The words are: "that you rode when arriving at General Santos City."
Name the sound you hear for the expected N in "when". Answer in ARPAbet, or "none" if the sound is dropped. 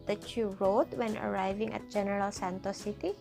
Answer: N